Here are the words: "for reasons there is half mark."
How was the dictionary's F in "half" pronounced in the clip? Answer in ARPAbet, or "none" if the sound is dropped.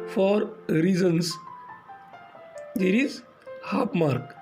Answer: P